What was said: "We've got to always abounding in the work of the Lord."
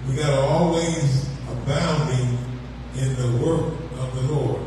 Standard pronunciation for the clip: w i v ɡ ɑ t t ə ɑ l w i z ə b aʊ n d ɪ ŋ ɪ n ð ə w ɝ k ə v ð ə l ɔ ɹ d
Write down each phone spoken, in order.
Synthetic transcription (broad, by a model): w i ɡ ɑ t t ɑ l w i z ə b aʊ n d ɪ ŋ ɪ n ð ə w ɝ k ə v ð ə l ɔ ɹ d